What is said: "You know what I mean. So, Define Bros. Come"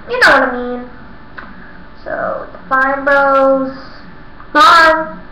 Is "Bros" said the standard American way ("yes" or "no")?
no